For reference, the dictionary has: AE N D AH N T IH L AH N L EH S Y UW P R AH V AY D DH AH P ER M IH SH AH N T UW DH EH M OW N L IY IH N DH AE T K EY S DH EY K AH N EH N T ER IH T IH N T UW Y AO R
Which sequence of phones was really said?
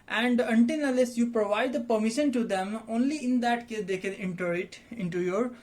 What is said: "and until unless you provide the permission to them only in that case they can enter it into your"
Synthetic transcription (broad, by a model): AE N D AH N T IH N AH L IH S Y UW P R AH V AY D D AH P ER M IH SH AH N T UW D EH M OW N L IY IH N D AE T K EY S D EY K AH N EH N T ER IH T IH N T UW Y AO R